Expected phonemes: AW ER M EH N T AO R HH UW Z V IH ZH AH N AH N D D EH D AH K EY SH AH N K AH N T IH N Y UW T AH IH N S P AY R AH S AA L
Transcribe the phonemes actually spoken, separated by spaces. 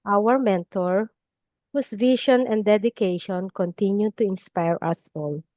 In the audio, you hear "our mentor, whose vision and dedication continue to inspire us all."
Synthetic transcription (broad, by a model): AW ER M EH N T AO R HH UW S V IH SH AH N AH N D D EH D AH K EY SH AH N K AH N T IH N Y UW T AH IH N S P AY R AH S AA L